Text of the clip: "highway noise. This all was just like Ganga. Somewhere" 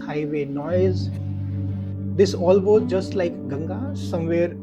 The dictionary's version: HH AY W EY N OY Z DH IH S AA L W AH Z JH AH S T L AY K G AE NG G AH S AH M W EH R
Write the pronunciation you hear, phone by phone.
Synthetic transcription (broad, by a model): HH AY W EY N OY Z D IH S AA L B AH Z JH AH S T L AY K G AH NG G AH S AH M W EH R